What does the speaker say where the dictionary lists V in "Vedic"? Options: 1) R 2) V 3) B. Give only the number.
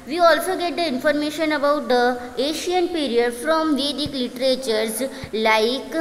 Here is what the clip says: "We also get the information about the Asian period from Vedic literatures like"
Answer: 2